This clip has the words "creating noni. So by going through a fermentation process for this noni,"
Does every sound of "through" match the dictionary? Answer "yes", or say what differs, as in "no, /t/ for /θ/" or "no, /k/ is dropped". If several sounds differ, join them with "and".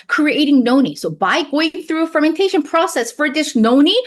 yes